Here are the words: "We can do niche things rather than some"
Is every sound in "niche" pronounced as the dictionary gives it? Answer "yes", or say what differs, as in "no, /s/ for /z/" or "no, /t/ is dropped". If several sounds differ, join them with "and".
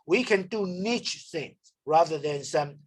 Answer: yes